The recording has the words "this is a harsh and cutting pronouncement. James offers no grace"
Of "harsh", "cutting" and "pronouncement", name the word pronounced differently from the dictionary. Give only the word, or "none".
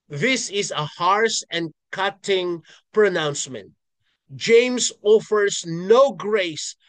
harsh